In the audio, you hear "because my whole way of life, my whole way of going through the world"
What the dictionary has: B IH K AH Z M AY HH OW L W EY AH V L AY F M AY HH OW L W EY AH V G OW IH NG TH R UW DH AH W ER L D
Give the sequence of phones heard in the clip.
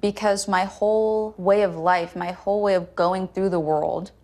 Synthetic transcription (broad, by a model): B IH K AH Z M AY HH OW L W EY AH V L AY F M AY HH OW L W EY AH V G OW IH NG TH R UW DH AH W ER L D